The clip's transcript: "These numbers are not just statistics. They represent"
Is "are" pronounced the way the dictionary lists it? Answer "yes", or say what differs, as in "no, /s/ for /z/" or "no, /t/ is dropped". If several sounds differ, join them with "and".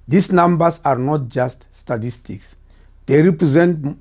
yes